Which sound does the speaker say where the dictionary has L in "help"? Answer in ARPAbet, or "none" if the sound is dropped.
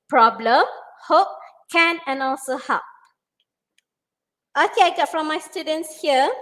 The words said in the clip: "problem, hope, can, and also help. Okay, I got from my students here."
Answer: none